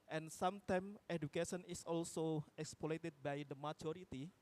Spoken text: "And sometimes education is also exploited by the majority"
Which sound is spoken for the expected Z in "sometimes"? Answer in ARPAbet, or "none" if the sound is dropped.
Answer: none